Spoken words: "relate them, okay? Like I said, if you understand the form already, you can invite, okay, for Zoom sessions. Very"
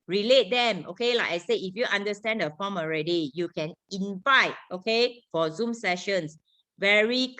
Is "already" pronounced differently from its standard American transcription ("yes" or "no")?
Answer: no